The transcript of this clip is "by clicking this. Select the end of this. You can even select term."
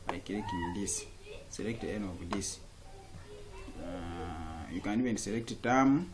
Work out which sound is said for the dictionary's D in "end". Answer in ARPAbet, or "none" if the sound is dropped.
none